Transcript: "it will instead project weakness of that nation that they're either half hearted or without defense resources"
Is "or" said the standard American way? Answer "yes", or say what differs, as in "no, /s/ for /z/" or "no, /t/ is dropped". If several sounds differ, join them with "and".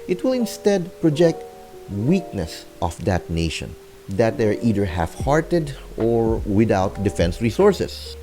yes